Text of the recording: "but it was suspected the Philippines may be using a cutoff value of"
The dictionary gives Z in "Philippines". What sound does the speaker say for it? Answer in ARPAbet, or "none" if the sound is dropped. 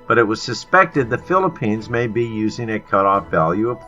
Z